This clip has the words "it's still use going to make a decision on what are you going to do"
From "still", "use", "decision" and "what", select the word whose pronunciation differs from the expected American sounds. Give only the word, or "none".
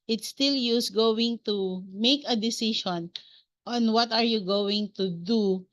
decision